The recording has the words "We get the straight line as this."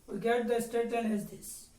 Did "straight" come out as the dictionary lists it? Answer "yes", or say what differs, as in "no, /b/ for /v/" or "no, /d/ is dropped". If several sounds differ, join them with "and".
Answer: no, /ɹ/ is dropped